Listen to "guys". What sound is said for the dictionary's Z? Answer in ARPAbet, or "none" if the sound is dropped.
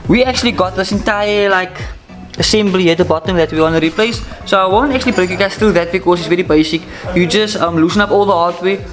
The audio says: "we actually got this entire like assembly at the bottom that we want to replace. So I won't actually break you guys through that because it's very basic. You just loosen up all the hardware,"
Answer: S